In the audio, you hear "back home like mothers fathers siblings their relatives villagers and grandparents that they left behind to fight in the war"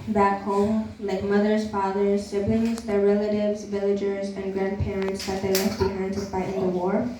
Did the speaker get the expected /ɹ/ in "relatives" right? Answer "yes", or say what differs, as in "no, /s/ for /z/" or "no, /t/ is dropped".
yes